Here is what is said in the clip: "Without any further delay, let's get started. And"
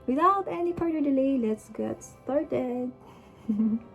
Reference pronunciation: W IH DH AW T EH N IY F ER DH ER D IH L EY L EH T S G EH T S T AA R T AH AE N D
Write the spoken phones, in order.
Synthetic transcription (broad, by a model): W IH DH AW T EH N IY P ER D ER D IH L EY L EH T S G EH T S T AA R T AH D